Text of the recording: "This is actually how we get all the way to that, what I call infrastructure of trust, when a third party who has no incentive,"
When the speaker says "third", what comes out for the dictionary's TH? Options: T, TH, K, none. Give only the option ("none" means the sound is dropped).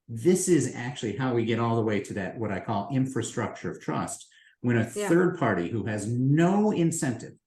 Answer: TH